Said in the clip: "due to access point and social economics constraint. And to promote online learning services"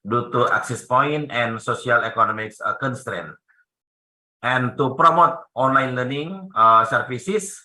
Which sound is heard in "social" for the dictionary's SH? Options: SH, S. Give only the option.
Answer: S